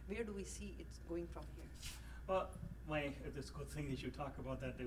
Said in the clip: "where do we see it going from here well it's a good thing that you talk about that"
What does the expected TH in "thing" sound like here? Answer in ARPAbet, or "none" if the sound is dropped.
TH